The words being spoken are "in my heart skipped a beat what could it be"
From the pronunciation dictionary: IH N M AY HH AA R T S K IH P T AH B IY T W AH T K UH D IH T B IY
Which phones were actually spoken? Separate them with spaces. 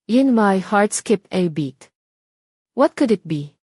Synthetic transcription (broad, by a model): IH N M AY HH AA R T S K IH P AH B IY T W AH T K UH D IH T B IY